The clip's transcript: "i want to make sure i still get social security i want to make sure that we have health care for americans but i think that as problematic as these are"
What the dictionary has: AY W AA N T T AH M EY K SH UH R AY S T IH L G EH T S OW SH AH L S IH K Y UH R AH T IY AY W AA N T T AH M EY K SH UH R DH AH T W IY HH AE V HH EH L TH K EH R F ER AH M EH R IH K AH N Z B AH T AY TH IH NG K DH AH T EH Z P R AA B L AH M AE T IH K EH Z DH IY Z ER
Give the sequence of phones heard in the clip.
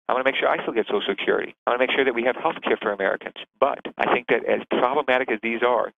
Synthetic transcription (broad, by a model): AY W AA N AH M EY K SH UH R AY S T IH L G EH T S OW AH S IH K Y UH R AH T IY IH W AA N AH M EY K SH UH R DH AH T W IY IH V HH EH L TH K EH R F ER AH M EH R IH K AH N Z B AH T AY TH IH NG K DH AH T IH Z P R AA B L AH M AE T IH K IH Z DH IY Z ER